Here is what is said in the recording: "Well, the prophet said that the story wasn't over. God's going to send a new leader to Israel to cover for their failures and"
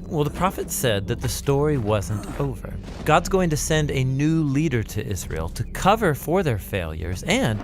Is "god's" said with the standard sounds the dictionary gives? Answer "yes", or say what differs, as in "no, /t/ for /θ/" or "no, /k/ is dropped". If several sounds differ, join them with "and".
yes